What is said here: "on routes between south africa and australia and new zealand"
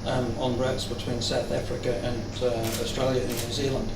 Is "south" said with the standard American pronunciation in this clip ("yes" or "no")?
yes